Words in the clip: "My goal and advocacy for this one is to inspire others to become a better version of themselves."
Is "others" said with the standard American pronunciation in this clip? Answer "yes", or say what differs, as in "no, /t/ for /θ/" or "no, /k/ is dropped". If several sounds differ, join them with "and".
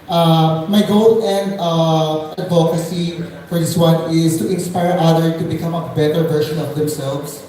no, /z/ is dropped